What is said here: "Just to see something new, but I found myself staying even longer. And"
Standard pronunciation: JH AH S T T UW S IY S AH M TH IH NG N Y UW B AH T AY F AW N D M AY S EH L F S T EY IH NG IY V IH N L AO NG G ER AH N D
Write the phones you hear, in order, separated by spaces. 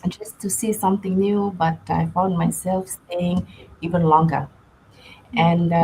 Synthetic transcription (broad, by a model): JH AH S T T UW S IY S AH M T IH NG N Y UW B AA T AY F AW N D M AY S EH L F S T EY IH NG IY V IH N L AO NG G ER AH N